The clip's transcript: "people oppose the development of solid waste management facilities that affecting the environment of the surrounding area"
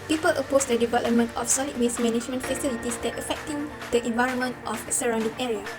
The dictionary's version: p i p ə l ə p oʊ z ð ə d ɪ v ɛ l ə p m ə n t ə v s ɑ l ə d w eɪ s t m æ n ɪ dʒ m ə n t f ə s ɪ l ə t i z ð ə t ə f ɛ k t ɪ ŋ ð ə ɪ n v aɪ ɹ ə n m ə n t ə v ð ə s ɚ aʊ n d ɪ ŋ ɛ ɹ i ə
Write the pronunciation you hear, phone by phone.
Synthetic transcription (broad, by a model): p i p ə l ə p oʊ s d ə d ɪ v ɛ l ə p m ə n t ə f s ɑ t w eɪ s m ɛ n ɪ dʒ m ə n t f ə s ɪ l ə t i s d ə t ə f ɛ k t ɪ ŋ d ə ɪ n v aɪ ɹ ə n m ə n t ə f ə s ɚ aʊ n d ɪ ŋ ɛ ɹ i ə